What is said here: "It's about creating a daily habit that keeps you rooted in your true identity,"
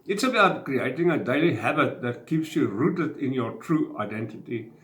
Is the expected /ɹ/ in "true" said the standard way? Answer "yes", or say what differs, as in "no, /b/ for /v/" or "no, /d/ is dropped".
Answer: yes